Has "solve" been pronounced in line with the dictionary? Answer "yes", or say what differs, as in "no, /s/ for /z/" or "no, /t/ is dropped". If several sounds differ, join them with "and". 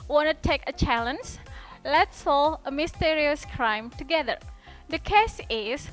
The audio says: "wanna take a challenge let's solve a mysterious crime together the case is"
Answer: no, /v/ is dropped